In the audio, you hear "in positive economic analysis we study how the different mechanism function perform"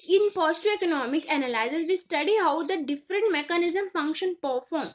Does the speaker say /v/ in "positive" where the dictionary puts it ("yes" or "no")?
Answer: no